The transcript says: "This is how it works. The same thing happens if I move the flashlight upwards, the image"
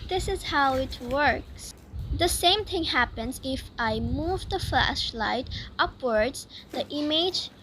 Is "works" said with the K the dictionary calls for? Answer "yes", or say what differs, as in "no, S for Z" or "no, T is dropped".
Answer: yes